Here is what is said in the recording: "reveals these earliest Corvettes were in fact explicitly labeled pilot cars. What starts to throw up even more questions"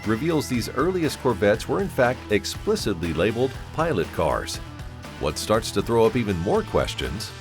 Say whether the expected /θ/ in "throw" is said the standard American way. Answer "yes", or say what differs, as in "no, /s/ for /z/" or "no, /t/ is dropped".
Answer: yes